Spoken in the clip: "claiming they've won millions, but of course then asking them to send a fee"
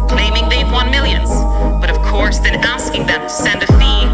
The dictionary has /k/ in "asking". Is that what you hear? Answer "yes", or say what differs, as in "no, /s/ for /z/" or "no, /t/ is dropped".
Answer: yes